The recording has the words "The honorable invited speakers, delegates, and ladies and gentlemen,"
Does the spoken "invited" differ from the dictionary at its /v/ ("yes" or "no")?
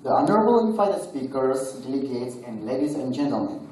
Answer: yes